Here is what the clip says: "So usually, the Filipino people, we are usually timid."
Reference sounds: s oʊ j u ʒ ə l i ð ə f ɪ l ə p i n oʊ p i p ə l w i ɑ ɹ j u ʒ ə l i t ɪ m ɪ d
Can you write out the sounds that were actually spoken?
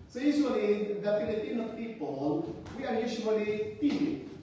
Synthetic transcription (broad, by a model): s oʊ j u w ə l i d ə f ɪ n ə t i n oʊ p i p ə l w i ɑ ɹ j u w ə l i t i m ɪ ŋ